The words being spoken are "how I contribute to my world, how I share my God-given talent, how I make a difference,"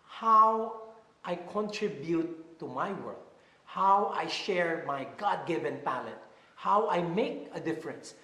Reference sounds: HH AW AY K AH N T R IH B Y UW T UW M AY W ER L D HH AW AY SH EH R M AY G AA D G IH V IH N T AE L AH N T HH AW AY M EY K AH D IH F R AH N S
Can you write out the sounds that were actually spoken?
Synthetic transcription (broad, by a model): HH AW AY K AH N T R IH B Y UW T UW M AY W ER D HH AW AY SH EH R M AY G AA D G IH V IH N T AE L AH T HH AW AY M EY K AH D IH F R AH N S